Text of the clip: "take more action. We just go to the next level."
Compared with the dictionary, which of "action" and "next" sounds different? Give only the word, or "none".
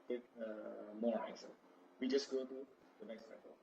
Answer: action